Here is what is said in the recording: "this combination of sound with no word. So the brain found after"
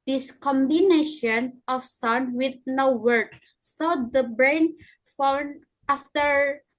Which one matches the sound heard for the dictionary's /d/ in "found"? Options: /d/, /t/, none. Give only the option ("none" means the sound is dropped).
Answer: none